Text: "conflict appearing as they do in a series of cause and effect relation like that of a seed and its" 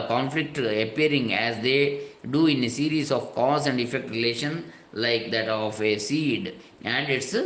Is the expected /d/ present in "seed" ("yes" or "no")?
yes